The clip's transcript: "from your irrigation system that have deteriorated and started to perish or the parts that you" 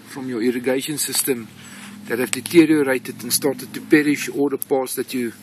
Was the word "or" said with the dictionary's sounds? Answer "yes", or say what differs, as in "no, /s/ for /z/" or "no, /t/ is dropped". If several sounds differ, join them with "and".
no, /l/ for /ɹ/